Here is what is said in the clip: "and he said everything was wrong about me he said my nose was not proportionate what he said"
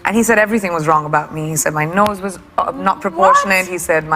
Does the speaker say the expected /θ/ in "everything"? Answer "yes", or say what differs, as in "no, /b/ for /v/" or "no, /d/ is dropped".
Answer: yes